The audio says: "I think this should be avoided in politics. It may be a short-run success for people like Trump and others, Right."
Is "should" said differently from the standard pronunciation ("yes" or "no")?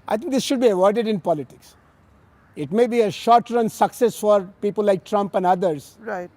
no